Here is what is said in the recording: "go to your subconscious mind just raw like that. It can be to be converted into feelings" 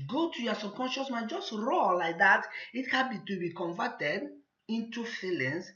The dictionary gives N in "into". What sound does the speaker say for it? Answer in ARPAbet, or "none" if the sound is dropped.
N